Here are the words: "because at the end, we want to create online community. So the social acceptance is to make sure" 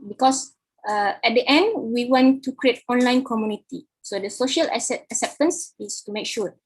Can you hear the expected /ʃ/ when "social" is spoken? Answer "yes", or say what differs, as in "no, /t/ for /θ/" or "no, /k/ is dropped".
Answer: yes